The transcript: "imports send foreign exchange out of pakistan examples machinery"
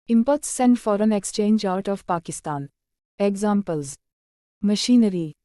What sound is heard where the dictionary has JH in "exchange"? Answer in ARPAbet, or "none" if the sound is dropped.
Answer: JH